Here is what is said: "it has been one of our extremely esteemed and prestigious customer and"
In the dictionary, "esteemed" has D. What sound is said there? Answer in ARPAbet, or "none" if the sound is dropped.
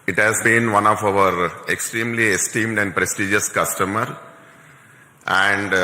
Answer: D